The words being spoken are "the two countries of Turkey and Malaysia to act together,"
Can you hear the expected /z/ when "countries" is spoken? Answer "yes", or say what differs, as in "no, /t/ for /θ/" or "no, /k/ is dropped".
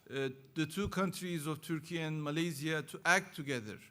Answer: yes